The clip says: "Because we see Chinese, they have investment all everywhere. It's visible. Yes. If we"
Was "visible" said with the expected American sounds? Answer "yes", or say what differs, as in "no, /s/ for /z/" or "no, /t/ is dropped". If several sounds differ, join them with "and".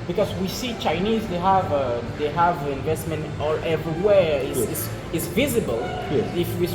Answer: yes